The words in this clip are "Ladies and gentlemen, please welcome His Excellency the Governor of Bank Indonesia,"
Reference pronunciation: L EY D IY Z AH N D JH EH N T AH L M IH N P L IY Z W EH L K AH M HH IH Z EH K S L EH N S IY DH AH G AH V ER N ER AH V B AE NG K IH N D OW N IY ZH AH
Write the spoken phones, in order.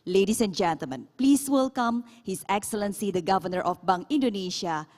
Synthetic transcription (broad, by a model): L EY D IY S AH N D JH EH N T AH L M IH N P L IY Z W EH L K AH M HH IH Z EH K S L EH N S IY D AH G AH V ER N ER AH F B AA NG IH N D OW N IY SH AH